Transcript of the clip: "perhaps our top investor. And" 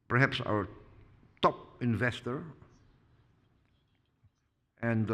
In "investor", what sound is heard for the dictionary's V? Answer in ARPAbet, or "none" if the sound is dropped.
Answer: V